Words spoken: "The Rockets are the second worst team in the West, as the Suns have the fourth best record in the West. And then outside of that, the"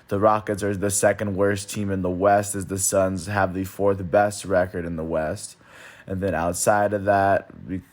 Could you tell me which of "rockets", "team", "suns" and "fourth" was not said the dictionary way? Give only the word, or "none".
none